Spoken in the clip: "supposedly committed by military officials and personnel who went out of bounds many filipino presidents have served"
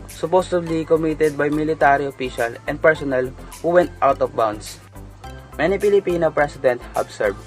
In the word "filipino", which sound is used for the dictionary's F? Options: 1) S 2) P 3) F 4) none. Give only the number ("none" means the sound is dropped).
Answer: 2